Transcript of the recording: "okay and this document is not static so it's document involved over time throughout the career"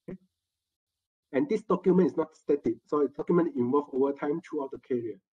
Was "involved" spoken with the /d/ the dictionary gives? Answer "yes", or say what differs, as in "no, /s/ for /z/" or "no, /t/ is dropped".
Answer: no, /d/ is dropped